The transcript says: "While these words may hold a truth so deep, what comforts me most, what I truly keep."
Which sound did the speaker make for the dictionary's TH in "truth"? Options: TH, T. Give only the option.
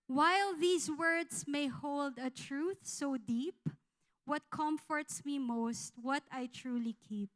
TH